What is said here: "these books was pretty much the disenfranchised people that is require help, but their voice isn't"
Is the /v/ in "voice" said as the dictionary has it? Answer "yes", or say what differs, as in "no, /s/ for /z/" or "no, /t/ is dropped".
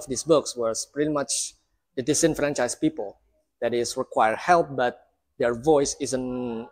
yes